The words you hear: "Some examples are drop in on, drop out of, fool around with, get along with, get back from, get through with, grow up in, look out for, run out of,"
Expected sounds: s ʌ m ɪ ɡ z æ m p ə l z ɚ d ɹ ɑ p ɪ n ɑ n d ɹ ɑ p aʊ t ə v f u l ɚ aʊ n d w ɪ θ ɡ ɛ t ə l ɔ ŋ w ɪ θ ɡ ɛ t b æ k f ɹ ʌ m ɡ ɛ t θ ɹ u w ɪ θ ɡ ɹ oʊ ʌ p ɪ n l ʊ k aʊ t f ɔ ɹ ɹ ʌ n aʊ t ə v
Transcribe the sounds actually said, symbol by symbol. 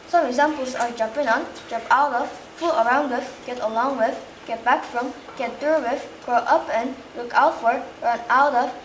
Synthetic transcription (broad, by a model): s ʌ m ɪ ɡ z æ m p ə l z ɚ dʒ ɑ p ɪ n ɑ n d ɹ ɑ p aʊ t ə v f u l ɚ aʊ n d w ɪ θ ɡ ɛ t ə l ɔ ŋ w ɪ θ ɡ ɛ t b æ k f ɹ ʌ m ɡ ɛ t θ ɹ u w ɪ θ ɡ ɹ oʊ ʌ p ɪ n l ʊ k aʊ t f ɔ ɹ ɹ ʌ n aʊ t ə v